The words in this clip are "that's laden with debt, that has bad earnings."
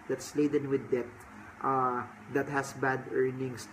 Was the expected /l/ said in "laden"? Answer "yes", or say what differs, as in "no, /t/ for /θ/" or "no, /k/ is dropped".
yes